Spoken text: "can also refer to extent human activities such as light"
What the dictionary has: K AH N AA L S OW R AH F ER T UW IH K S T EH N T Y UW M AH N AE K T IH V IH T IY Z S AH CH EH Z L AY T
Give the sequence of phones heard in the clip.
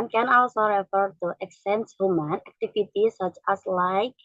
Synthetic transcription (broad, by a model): K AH N AA L S OW R AH F ER T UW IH K S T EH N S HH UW M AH N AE K T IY F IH T IY S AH CH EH S L AY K